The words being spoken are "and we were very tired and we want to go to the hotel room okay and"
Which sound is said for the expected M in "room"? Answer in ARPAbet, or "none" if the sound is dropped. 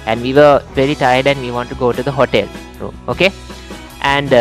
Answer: none